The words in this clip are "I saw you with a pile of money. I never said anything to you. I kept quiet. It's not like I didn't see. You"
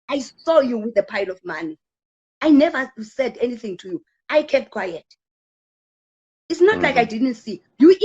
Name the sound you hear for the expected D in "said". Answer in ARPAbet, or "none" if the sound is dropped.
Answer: D